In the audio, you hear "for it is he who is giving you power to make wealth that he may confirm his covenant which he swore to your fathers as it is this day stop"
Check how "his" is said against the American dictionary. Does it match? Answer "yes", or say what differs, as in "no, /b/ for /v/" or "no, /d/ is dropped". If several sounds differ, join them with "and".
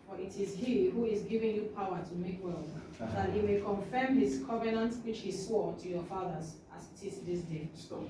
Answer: no, /s/ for /z/